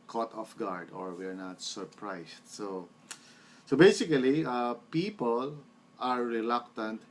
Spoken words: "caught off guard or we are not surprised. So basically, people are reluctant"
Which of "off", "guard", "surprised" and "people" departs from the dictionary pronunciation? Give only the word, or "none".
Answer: surprised